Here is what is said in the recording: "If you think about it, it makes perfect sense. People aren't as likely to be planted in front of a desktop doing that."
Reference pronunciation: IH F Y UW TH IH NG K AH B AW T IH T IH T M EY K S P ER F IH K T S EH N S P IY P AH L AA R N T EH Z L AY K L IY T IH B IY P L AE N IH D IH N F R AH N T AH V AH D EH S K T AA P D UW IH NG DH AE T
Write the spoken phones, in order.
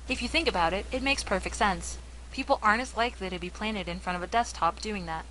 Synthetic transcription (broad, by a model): IH F Y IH TH IH NG K AH B AW T IH T IH T M EY K S P ER F IH K T S EH N S P IY P L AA R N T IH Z L AY K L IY T IH B IY P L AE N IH D IH N F R AH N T AH V AH D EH S T AA P D UW IH NG DH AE T